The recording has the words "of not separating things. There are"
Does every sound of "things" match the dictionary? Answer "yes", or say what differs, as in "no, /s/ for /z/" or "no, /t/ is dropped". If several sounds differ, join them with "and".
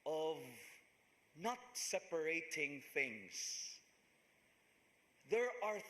yes